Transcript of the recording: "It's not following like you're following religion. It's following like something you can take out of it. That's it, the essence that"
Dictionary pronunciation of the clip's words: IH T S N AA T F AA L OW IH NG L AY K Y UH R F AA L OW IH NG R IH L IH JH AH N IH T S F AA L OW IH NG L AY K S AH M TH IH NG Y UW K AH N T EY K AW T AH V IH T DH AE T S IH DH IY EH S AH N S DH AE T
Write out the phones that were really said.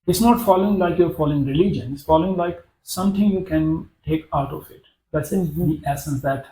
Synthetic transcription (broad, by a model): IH T S N AA T F AA L OW IH NG L AY K Y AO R F AA L OW IH NG R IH L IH JH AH N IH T S F AA L OW IH NG L AY K S AH M T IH NG Y UW K AH N T EY K AW T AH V IH T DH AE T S IH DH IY EH S AH N S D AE T